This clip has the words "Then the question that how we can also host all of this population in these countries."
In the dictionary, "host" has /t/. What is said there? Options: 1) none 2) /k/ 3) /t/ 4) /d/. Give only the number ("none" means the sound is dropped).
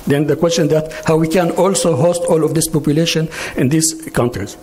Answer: 3